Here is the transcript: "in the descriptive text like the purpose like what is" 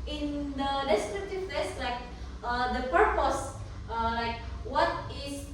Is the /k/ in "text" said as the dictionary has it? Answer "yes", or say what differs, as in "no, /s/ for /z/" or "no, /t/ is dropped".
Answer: no, /k/ is dropped